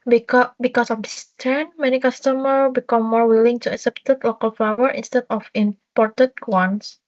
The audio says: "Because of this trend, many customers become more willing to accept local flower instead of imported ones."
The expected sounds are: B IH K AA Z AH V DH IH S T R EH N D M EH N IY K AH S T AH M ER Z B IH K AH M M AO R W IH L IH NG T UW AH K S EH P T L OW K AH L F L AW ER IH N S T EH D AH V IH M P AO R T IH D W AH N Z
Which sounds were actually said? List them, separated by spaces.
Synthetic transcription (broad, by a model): B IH K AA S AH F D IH S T EH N M EH N IY K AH S T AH M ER B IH K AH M M AO R W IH L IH NG T UW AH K S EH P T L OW K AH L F AW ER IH N S T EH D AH F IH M P AO R T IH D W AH N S